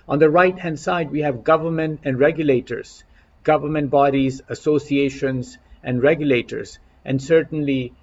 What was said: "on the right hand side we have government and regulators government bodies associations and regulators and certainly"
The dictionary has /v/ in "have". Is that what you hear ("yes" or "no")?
yes